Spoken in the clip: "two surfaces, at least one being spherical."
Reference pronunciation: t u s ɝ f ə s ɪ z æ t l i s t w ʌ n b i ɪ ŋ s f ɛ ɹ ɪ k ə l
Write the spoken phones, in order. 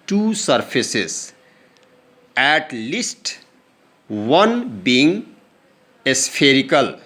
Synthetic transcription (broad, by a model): t u s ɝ p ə s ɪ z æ t l i s t w ʌ n b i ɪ ŋ s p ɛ ɹ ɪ k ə l